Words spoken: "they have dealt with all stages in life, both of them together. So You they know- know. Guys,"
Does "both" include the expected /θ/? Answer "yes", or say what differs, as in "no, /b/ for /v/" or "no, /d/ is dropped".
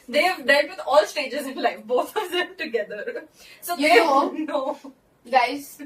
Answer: no, /t/ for /θ/